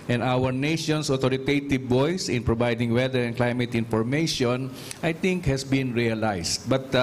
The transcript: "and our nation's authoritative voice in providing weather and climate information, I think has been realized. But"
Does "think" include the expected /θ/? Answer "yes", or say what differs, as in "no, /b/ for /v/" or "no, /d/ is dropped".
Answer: no, /t/ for /θ/